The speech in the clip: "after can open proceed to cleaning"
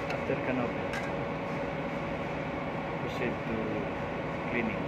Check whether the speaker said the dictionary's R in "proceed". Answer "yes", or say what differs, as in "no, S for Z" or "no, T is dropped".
no, R is dropped